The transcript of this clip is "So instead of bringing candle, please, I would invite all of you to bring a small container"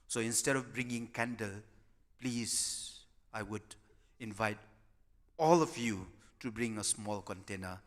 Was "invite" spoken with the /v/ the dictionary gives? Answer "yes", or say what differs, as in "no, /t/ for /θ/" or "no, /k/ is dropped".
yes